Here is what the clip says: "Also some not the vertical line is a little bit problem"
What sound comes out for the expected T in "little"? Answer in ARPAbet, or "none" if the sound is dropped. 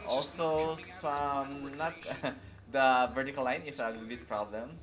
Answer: S